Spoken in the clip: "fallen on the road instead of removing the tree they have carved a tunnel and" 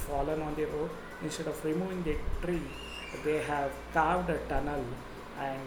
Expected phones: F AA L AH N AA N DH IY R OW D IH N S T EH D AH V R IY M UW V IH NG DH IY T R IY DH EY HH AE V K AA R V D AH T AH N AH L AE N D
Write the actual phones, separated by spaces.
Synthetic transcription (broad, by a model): F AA L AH N AA N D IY R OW IH N S T EH D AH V R IY M UW V IH NG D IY T R IY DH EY HH AE V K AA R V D AH T AH N AH L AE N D